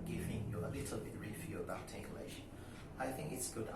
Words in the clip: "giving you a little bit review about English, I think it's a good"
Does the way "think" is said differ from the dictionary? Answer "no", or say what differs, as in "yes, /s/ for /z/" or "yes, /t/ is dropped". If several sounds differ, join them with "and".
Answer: no